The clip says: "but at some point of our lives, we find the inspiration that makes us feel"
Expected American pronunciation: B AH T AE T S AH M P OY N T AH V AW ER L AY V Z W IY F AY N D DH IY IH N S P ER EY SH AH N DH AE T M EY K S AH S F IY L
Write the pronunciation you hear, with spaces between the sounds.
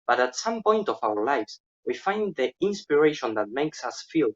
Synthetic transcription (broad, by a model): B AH T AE T S AH M P OY N T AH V AW ER L AY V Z W IY F AY N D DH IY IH N S P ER EY SH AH N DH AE T M EY K S AH S F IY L